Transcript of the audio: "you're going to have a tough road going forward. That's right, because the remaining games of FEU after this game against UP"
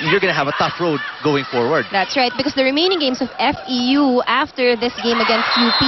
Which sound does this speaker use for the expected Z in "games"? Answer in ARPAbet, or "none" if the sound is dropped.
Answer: S